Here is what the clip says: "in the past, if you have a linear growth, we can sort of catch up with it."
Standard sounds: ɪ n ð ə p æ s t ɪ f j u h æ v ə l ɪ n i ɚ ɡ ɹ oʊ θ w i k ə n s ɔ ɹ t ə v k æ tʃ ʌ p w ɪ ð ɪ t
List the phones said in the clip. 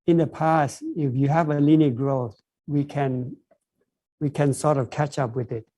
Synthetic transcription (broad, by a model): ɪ n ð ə p æ s t ɪ f j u h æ v ə l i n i ɡ ɹ oʊ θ w i k ə n s ɔ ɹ t ə v k æ tʃ ʌ p w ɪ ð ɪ t